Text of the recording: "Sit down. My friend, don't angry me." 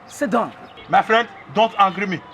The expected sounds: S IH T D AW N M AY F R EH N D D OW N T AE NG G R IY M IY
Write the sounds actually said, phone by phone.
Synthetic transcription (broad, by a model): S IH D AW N M AY F R EH N D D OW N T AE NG G R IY M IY